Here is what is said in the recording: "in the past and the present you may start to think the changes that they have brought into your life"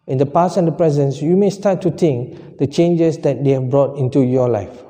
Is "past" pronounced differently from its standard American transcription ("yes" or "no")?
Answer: yes